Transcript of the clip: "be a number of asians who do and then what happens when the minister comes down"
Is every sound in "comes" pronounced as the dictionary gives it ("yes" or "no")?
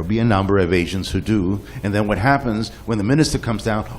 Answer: yes